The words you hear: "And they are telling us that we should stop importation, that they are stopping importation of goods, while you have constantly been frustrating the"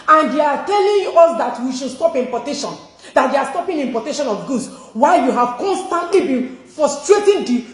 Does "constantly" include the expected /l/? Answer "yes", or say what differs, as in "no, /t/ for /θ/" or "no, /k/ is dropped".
yes